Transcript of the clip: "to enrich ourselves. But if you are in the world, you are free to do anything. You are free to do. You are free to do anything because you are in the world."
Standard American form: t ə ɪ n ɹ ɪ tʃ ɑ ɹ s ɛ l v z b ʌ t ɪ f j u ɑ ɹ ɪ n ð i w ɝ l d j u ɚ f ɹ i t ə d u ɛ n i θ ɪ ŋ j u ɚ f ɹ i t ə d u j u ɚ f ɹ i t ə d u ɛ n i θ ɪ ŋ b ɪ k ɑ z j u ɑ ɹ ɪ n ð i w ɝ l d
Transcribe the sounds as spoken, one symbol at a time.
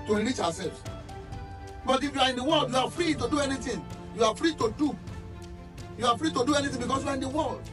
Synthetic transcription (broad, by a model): t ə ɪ ɹ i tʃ ɑ w s ɛ l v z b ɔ t ɪ f j u ɑ ɹ ɪ n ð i w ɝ l d j u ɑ f ɹ i t ə d u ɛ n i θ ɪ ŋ j u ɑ f ɹ i t ə d u j u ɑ f ɹ i t ə d u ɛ n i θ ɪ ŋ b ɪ k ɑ s j u ɑ ɹ ɪ n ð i w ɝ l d